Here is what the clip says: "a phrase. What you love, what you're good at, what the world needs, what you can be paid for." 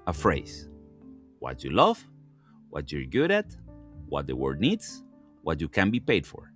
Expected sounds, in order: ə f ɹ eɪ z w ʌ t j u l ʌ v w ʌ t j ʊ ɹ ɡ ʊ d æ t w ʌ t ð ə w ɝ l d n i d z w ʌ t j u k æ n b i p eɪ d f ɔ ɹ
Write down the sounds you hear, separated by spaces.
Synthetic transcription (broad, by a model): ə f ɹ eɪ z w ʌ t j u l ʌ v w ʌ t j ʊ ɹ ɡ ʊ d æ t w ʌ t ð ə w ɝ d n i d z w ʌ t j u k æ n b i p eɪ d f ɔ ɹ